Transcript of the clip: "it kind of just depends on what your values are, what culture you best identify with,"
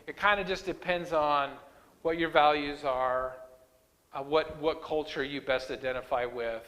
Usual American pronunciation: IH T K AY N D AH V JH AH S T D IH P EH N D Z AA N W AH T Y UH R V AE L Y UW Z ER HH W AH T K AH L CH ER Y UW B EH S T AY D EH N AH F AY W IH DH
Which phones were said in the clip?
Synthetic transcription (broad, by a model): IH T K AY N D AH JH AH S D IH P EH N D Z N W AH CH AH R V AE L Y UW Z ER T W AH T K AH L CH ER Y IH B EH S T AY D EH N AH F AY W IH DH